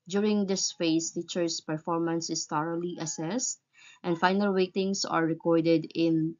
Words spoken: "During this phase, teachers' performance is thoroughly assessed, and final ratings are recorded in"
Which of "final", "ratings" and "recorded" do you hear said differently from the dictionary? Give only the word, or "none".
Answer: ratings